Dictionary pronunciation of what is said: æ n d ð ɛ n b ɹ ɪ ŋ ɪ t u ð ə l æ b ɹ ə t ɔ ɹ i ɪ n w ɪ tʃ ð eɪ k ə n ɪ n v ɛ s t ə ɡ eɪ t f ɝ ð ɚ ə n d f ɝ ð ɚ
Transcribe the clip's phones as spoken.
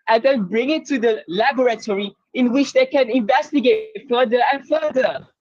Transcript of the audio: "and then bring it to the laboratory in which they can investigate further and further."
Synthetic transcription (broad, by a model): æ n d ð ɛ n b ɹ ɪ ŋ ɪ t u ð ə l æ b ɹ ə t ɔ ɹ i ɪ n w ɪ tʃ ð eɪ k ə n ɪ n v ɛ s t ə ɡ eɪ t f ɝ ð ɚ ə n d f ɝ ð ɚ